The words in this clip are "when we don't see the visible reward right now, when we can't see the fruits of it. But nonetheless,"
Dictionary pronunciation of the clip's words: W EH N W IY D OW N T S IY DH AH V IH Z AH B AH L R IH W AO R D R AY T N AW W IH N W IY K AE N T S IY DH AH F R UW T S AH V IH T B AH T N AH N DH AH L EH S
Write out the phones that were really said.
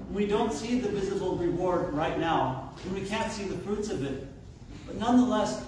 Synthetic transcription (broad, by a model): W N W IY D OW N T S IY DH AH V IH Z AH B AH L R IH W AO R D R AY T N AW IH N W IY K AE N T S IY DH AH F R UW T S AH V IH T B AH T N AH N DH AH L EH S